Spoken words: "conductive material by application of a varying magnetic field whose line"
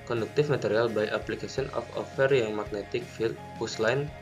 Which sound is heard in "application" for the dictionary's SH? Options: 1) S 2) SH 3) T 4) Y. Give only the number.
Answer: 1